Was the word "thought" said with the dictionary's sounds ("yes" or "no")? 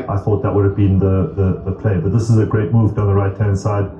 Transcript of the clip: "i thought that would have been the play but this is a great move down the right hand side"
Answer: yes